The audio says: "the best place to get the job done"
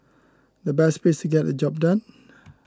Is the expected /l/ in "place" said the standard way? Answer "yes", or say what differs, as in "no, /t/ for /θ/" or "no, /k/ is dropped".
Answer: no, /l/ is dropped